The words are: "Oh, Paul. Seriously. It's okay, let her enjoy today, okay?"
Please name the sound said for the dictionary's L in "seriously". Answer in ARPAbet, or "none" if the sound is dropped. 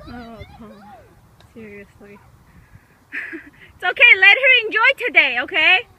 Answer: L